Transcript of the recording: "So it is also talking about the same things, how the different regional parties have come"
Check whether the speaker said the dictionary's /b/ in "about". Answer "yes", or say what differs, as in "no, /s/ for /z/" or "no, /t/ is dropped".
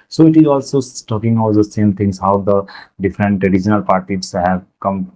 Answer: no, /b/ is dropped